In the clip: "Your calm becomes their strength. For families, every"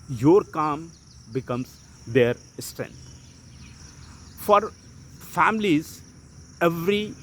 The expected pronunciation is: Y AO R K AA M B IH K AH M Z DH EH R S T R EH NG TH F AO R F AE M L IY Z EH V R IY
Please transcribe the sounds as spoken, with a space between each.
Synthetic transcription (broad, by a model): Y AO R K AA M B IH K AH M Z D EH R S T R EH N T F AO R F AE M L IY Z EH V R IY